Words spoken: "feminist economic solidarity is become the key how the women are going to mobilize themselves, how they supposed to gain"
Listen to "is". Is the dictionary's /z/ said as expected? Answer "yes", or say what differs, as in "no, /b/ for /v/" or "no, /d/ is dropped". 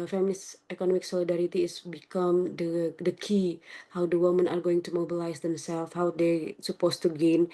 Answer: no, /s/ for /z/